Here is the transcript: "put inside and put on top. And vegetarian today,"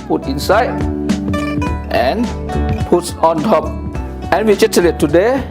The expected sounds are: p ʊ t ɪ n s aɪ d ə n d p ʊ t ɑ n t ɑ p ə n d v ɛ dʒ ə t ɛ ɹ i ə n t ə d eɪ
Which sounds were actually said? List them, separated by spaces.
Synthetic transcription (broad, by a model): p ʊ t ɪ n s aɪ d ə n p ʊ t ɑ n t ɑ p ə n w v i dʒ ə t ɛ l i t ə d eɪ